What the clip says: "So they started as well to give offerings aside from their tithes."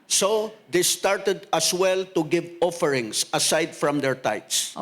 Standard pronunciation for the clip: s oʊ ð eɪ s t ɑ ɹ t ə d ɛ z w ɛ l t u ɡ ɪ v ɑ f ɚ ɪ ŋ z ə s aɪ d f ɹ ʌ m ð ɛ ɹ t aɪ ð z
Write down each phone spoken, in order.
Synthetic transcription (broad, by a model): s oʊ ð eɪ s t ɑ ɹ t ə d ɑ s w ɛ l t u ɡ ɪ v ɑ f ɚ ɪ ŋ s ə s aɪ d f ɹ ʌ m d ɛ ɹ t aɪ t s